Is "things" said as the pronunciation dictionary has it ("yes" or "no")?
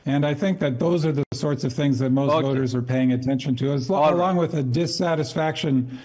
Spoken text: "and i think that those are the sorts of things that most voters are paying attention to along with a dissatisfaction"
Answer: yes